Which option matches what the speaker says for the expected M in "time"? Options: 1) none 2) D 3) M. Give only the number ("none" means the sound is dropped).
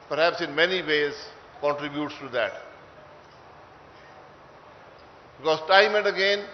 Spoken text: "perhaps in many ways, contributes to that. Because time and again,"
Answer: 3